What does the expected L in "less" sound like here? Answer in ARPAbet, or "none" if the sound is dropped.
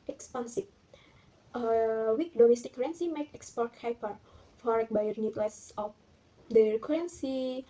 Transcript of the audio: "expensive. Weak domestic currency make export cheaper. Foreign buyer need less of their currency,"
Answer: L